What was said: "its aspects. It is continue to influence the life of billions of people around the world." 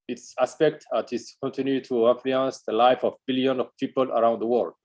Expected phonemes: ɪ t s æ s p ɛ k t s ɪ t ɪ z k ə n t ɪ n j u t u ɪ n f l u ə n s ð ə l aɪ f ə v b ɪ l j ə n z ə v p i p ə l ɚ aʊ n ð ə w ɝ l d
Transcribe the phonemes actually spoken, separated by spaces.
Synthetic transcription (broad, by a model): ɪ t s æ s p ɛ k t ɪ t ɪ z k ə n t ɪ n j u t u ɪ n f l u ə n s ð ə l aɪ f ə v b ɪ l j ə n ə v p i p ə l ɚ aʊ n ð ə w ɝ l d